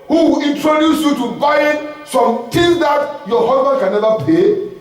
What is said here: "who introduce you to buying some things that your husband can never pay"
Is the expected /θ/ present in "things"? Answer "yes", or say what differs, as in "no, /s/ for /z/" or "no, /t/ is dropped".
no, /t/ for /θ/